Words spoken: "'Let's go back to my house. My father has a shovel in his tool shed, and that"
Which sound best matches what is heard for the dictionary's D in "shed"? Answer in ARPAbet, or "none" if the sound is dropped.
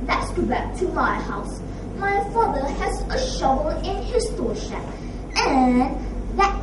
none